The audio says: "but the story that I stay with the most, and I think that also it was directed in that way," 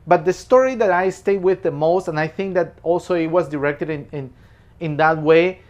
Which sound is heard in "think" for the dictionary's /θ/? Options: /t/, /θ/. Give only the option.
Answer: /θ/